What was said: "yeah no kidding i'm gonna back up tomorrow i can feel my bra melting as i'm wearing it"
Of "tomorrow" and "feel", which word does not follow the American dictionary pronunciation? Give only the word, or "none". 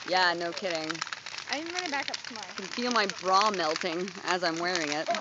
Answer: tomorrow